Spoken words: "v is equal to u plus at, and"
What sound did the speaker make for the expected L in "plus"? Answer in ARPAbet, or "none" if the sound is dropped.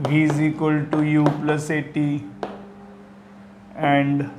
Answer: L